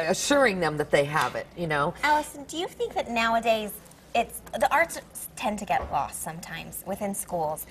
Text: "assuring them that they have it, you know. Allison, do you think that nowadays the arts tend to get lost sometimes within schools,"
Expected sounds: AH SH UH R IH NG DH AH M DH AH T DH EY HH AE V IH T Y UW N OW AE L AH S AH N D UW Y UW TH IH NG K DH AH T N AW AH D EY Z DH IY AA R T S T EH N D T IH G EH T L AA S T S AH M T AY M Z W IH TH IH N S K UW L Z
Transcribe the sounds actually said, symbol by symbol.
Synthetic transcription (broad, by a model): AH SH UH R IH NG DH AH M DH AH T DH EY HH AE V IH T Y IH N OW AE L AH S AH N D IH Y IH TH IH NG K DH AH T N AW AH D EY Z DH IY AA R T S T EH N T IH G EH T L AA S T S AH M T AY M Z W IH TH IH N S K UW L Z